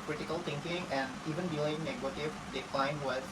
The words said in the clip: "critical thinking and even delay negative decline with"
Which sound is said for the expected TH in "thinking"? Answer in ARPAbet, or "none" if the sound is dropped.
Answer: T